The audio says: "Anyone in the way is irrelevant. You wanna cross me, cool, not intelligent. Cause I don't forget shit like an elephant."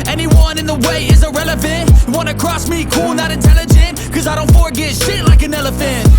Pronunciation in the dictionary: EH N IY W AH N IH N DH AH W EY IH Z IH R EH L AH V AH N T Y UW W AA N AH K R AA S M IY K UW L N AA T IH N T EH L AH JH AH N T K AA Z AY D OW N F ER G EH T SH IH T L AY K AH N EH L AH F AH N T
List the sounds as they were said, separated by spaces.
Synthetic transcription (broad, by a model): EH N IY W AH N IH N DH AH W EY IH Z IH R EH L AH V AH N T W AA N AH K R AA S M IY K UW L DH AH T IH N T EH L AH JH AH N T K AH Z AY D OW N F ER G EH T SH IH T L AY K AH N EH L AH F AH N T